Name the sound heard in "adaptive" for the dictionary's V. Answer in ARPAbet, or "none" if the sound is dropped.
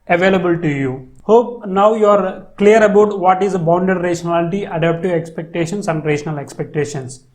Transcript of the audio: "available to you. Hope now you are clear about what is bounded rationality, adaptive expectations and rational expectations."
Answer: none